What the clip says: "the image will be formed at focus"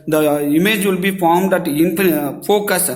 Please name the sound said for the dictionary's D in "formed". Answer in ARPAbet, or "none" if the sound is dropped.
D